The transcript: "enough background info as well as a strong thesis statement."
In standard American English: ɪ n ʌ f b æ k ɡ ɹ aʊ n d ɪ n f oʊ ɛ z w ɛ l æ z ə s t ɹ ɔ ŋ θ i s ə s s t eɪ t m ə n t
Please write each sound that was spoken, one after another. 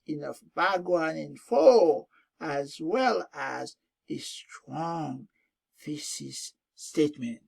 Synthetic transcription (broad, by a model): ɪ n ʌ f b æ ɡ w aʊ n ɪ n f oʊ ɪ z w ɛ l æ z ə s t ɹ ɔ ŋ f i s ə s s t eɪ t m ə n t